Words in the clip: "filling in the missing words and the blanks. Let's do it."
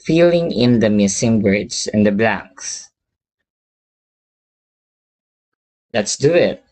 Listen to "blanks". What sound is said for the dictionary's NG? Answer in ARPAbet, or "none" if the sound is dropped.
NG